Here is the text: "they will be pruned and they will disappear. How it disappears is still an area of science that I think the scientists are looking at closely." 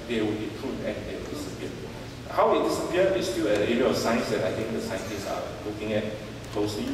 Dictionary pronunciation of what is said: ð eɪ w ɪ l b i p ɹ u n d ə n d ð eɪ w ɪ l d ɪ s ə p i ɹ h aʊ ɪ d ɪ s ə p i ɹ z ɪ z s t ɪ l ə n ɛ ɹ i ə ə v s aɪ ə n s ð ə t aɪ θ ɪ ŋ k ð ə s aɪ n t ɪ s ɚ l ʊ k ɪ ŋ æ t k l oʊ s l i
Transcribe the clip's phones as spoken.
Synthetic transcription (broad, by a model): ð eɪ w ɪ l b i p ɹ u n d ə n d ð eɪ w ɪ l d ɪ s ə p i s h aʊ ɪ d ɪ s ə p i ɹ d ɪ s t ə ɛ i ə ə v s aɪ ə n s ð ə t aɪ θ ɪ ŋ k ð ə s aɪ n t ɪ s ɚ l ʊ k ɪ ŋ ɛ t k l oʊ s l i